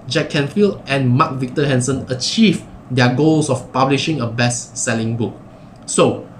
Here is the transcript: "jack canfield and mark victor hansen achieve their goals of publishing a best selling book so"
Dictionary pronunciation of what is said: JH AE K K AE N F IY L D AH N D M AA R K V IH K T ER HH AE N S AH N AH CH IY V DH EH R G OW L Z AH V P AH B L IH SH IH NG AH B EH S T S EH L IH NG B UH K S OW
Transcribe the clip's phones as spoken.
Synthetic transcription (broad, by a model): JH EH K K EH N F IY L AH N M AA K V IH K T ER HH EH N S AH N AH CH IY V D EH G OW L S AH F P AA B L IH SH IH NG AH B EH S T S EH L IH NG B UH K S OW